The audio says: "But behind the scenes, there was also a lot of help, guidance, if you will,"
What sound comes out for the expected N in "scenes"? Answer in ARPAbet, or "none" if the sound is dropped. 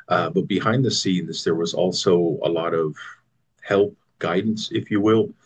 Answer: N